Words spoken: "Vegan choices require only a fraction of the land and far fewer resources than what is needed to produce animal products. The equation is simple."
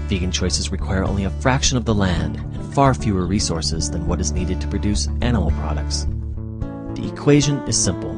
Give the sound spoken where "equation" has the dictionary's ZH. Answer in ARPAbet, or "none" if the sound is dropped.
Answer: ZH